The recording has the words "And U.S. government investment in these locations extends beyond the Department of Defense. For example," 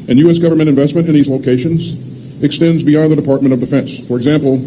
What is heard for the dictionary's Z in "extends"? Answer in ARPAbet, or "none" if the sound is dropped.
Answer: Z